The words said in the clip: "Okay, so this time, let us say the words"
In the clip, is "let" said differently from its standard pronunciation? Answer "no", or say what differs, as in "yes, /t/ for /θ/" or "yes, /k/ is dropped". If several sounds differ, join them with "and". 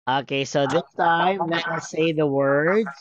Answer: yes, /n/ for /l/